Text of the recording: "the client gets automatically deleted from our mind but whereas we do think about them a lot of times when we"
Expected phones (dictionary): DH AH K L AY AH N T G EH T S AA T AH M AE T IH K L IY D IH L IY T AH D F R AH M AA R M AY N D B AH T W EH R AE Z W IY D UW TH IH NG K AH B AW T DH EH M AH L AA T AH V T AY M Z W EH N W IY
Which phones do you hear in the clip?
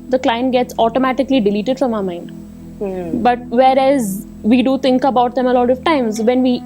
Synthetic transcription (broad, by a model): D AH K L AY AH N T G EH T S AA T AH M AE T IH K L IY D IH L IY T AH D F R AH M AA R M AY N D B AH T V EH R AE Z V IY D UW T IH NG K AH B AW T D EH M AH L AA T AH V T AY M Z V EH N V IY